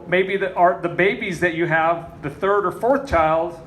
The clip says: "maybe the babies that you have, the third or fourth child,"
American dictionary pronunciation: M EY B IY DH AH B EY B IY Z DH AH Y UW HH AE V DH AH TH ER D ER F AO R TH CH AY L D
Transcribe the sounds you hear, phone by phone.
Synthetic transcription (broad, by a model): M EY B IY DH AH B EY B IY Z DH AH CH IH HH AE V DH AH TH ER D ER F AO R TH CH AY L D